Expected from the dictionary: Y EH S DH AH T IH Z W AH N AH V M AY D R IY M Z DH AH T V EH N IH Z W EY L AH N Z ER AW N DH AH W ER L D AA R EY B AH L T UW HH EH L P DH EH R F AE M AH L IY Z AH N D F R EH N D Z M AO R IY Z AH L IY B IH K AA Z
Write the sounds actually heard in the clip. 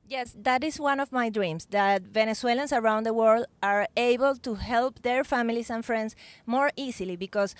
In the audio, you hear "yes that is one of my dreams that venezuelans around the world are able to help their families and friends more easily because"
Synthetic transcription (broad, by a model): Y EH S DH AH T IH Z W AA N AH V M AY D R IY M S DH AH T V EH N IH S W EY L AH N S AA AW N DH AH W ER L D AA R EY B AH L T UW HH EH L P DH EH R F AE M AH L IY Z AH N F R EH N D S M AO R IY S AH L IY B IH K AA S